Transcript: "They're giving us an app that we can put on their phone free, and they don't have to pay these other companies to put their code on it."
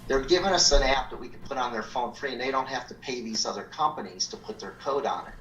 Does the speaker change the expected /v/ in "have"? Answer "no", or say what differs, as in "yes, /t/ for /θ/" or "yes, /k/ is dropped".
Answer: yes, /f/ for /v/